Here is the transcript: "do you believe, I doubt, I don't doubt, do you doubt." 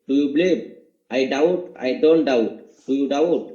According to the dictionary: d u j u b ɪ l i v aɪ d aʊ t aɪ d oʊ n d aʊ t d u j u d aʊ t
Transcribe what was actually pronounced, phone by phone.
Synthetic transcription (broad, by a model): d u j u b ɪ l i b aɪ d aʊ t aɪ d oʊ n d aʊ t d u j u d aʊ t